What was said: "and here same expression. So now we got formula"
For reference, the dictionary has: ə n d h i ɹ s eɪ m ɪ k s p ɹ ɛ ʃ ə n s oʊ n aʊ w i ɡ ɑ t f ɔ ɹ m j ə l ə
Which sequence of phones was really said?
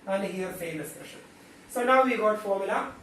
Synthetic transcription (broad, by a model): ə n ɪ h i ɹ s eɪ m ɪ s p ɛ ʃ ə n s oʊ n aʊ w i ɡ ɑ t f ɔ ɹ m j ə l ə